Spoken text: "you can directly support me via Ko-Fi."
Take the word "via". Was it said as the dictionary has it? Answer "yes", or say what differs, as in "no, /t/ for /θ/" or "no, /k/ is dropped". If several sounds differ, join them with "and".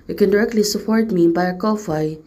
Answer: no, /b/ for /v/